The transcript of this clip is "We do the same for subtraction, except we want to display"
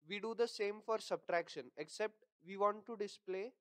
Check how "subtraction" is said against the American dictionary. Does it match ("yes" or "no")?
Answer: yes